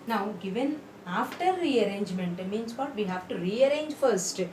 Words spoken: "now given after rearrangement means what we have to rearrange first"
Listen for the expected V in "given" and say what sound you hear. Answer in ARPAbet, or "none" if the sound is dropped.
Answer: V